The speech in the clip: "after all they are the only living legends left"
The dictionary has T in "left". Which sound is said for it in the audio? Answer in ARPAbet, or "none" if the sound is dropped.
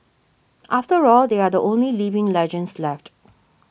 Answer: T